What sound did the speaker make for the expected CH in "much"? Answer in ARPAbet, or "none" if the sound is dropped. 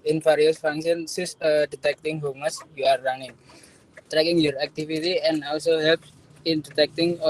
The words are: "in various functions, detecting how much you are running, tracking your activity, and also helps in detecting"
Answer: S